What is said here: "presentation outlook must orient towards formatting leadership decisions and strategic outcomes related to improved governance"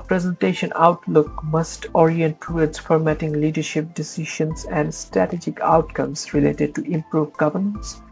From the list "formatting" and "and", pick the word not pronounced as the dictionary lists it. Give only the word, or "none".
none